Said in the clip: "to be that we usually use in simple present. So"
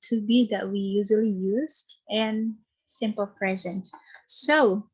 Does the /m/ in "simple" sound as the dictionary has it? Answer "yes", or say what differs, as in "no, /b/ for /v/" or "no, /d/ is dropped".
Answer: yes